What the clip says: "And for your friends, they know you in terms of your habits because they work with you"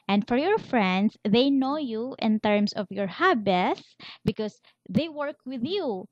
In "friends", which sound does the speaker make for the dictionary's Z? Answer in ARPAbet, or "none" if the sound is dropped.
S